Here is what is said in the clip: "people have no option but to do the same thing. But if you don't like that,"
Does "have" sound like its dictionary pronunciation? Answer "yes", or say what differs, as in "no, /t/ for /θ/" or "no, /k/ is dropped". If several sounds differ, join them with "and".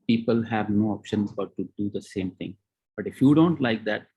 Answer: yes